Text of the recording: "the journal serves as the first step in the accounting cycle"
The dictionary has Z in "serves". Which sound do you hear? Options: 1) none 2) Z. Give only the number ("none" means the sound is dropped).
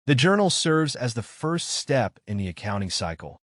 2